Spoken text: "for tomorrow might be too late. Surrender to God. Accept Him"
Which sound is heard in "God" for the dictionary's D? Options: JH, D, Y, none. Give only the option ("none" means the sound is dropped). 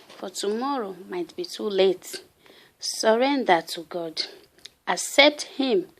D